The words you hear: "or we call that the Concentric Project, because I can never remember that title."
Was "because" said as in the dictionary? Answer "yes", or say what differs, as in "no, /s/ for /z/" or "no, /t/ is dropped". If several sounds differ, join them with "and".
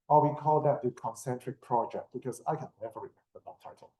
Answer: no, /s/ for /z/